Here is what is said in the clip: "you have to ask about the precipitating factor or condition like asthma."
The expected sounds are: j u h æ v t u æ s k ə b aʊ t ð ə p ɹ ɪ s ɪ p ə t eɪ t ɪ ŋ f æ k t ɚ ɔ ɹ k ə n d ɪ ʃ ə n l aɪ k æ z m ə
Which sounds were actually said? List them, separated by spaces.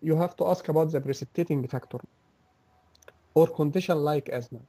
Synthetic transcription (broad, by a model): j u h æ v t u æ s k ə b aʊ t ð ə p ɹ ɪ s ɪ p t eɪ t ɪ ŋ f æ k t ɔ ɔ ɹ k ə n d ɪ ʃ ə n l aɪ k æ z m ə